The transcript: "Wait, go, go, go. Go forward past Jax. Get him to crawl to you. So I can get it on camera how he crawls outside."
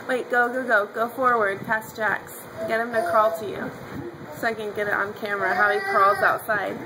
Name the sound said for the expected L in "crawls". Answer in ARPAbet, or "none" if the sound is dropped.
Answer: L